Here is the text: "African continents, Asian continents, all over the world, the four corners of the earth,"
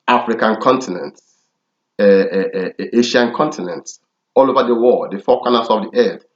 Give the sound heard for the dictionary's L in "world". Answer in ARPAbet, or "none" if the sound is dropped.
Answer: none